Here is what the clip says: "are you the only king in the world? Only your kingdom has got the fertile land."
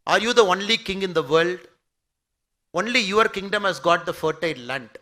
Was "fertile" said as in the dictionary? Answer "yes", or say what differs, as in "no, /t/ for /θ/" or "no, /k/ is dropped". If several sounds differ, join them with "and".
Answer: no, /n/ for /l/